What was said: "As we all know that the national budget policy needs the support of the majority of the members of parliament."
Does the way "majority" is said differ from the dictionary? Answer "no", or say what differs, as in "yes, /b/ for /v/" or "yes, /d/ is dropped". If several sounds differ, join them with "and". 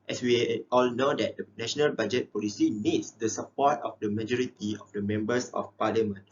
no